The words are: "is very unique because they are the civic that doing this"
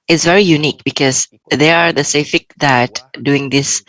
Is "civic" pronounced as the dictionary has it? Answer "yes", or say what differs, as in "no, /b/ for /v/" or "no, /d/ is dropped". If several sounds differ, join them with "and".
no, /f/ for /v/